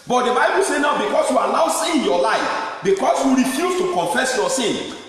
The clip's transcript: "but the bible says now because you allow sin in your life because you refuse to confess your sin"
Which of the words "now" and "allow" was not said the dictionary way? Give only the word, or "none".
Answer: allow